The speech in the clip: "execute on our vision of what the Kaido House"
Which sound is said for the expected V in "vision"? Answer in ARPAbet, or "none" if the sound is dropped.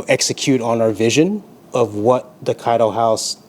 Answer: V